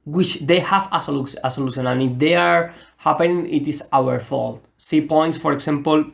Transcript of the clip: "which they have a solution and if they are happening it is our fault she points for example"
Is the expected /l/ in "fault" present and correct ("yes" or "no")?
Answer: yes